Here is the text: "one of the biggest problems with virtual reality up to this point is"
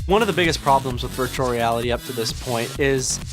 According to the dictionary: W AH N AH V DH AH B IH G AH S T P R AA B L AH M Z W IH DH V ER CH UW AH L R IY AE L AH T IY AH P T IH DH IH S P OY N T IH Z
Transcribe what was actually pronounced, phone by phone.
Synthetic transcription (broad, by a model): W AH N AH V DH AH B IH G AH S P R AA B L AH M Z W IH DH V ER CH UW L R IY AE L AH T IY AH P T IH DH IH S P OY N T IH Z